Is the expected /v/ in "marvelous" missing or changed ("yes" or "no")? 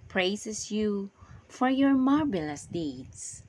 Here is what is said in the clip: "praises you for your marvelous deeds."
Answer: yes